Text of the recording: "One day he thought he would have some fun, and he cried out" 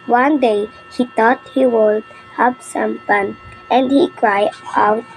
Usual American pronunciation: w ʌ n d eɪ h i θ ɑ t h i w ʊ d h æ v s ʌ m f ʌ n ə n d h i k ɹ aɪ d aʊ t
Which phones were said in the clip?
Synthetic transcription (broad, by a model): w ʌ n d eɪ h i t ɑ t h i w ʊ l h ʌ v s ʌ m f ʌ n ə n d h i k ɹ aɪ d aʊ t